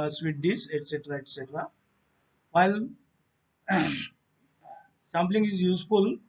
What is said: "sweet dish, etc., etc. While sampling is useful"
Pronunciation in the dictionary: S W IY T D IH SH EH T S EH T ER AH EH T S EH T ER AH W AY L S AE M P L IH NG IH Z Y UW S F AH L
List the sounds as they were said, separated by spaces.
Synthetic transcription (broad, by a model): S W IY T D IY S EH T S EH T ER AH EH T S EH T ER AH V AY L S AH M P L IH NG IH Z Y UW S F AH L